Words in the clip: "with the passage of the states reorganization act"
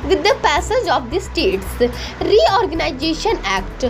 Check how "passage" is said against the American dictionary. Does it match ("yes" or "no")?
yes